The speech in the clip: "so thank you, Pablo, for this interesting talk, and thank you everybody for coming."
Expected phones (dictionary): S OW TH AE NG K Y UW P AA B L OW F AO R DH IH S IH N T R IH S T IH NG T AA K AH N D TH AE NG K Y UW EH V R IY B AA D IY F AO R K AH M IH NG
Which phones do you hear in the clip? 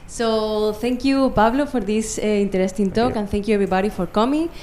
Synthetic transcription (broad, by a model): S OW TH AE NG K Y UW P AA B L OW F AO R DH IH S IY N T R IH S T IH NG T AA K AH N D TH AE NG K Y UW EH B R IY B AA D IY F AO R K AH M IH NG